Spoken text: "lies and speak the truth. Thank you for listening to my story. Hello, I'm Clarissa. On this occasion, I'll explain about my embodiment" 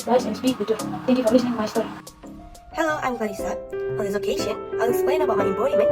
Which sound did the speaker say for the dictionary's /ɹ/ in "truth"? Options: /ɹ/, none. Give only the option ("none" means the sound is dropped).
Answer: none